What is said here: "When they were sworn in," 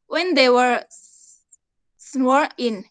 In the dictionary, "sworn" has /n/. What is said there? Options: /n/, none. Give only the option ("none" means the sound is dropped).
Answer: none